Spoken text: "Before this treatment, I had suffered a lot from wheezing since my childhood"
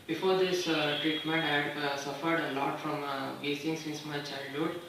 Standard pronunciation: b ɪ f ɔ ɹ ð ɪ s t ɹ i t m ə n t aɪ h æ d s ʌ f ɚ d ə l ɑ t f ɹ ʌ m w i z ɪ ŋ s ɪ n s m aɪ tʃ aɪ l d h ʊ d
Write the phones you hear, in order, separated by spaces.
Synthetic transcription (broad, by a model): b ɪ f ɔ ɹ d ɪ s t ɹ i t m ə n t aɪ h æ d s ʌ f ɚ d ə l ɑ t f ɹ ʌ m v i s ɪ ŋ s ɪ n s m aɪ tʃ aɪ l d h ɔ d